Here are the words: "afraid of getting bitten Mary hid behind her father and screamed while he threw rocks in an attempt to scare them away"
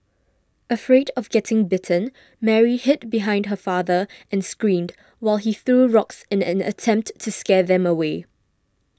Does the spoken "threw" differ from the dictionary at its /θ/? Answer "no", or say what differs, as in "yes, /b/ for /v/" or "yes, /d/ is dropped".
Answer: no